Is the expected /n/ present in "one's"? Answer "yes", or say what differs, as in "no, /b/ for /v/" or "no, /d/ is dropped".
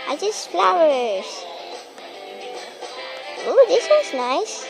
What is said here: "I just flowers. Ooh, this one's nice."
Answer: no, /n/ is dropped